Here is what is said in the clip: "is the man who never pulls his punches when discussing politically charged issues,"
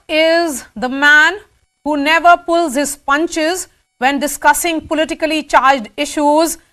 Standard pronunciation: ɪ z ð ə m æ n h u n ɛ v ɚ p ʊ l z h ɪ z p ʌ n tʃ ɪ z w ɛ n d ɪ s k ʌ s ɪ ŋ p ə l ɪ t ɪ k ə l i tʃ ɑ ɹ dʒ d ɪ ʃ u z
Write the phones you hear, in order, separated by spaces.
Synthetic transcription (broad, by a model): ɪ z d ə m æ n h u n ɛ v ɚ p ʊ l z h ɪ z p ʌ n tʃ ɪ z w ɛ n d ɪ s k ʌ s ɪ ŋ p ə l ɪ t ɪ k ə l i tʃ ɑ ɹ dʒ d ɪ ʃ u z